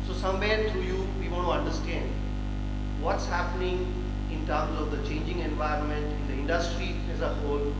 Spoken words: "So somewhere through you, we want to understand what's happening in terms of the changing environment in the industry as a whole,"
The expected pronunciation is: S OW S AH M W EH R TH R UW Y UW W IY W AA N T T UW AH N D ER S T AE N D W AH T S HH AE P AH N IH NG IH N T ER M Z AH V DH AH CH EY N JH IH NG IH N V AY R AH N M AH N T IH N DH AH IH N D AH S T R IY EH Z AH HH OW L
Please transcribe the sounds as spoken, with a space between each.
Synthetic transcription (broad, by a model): S OW S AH M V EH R T R UW Y UW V IY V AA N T T UW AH N D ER S T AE N D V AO T S HH AE P AH N IH NG IH N T ER M Z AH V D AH CH EY N JH IH NG IH N V AY R AH N M AH N T IH N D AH IH N D AH S T R IY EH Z AH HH OW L